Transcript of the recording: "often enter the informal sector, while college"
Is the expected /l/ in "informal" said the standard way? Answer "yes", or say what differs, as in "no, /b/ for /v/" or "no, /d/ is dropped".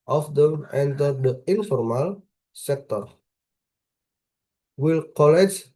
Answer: yes